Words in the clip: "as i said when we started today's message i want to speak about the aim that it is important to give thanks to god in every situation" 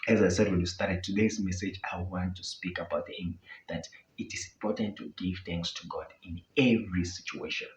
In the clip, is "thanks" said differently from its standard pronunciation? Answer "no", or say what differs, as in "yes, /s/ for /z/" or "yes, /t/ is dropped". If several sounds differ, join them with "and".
no